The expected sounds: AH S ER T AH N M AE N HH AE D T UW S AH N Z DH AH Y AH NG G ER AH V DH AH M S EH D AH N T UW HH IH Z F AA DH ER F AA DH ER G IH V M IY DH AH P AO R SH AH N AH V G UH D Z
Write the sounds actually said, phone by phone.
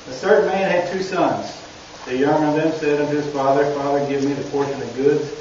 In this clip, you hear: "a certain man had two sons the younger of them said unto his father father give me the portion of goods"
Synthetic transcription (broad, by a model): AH TH ER T N M AE N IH D T UW S AH N Z DH AH Y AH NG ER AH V DH AH M S EH D AH N T UW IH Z F AA DH ER F AA DH ER G IH V M IY DH AH P AO R SH AH N AH V G UH D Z